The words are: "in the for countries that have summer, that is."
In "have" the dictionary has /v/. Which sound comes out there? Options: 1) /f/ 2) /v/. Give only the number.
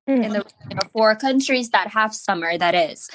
1